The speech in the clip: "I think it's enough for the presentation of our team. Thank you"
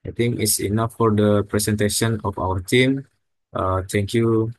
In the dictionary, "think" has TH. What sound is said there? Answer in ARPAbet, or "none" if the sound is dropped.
T